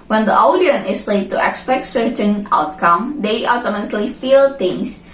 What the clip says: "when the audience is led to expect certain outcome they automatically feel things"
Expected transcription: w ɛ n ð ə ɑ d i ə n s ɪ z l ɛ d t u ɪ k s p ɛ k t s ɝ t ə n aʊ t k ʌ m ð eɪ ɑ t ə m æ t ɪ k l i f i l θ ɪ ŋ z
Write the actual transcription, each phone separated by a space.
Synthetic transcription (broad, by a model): w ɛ n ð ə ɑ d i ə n ɪ s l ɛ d t u ɪ k s p ɛ k t s ɝ t ə n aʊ t k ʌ m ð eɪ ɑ t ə m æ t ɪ k l i f i l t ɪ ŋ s